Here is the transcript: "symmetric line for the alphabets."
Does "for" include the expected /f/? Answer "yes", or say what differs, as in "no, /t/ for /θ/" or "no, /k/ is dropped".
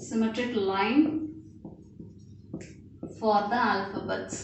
yes